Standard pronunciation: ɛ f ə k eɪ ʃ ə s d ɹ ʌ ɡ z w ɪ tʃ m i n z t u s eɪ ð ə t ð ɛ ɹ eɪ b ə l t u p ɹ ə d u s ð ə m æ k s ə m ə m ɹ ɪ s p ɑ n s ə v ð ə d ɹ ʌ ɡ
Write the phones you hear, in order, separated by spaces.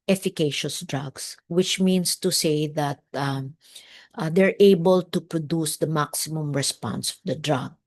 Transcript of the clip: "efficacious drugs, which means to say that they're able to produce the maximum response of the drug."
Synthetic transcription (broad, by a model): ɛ f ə k eɪ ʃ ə s d ɹ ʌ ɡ s w ɪ tʃ m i n s t u s eɪ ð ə t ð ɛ ɹ eɪ b ə l t u p ɹ ə d u s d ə m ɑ k s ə m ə m ɹ ɪ s p ɑ n s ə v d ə d ɹ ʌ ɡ